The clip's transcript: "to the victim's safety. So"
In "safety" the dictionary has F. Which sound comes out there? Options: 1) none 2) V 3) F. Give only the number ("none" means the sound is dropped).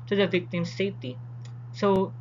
1